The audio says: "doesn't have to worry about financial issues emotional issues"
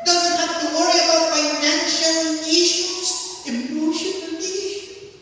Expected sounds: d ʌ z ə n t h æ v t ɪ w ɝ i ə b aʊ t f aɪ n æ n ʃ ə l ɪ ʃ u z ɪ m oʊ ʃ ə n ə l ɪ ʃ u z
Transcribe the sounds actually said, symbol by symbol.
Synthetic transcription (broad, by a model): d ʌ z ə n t h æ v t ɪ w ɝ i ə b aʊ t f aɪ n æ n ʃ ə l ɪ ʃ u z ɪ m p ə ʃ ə n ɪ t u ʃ